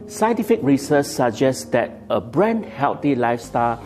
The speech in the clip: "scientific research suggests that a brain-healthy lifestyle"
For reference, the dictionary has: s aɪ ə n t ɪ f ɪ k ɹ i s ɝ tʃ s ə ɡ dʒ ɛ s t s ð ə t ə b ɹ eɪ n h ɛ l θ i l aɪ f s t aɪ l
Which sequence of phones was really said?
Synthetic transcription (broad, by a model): s aɪ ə n t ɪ f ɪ k ɹ i s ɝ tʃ s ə dʒ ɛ s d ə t ə b ɹ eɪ n h ɛ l t i l aɪ f s t aɪ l